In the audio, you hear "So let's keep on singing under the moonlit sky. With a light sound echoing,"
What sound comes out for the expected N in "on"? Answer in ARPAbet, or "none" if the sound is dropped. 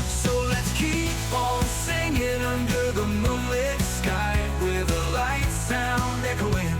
L